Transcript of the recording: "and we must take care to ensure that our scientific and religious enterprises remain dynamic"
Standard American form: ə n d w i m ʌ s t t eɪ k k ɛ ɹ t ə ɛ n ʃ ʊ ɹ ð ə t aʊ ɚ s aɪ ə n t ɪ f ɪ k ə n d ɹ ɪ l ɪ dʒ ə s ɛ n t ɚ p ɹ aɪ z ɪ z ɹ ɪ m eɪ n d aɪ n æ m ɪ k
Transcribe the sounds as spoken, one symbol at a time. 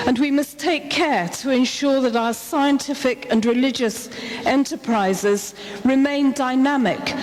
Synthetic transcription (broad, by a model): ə n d w i m ʌ s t t eɪ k k ɛ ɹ t ə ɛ n ʃ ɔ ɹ ð ə t aʊ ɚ s aɪ ə n t ɪ f ɪ k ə n ɹ ɪ l ɪ dʒ ə s ɛ n t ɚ p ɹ aɪ z ɪ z ɹ ɪ m eɪ n d aɪ n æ m ɪ k